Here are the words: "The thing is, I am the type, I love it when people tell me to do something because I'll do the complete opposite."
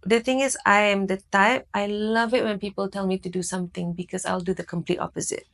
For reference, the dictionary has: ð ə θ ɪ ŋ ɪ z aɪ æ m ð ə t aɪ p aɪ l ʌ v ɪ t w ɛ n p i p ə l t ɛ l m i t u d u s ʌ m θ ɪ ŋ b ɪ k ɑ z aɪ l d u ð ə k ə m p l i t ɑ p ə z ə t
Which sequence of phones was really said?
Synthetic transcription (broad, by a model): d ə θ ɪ ŋ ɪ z aɪ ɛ m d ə t aɪ p aɪ l ʌ v ɪ t w ɛ n p i p ə l t ɛ l m i t u d u s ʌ m t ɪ ŋ b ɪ k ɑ s aɪ l d u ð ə k ə m p l i t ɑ p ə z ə t